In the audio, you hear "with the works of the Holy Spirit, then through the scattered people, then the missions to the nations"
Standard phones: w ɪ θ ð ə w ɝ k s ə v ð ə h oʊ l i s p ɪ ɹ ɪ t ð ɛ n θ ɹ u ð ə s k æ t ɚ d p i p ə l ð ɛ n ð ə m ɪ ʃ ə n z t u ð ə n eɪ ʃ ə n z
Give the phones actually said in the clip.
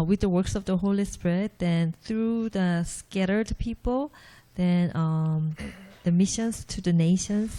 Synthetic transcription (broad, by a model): w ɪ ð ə w ɝ k s ə v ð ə h oʊ l i s p ɪ ɹ ɪ t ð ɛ n θ ɹ u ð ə s k æ t ɚ d p i p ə l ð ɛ n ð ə m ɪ ʃ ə n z t u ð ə n eɪ ʃ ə n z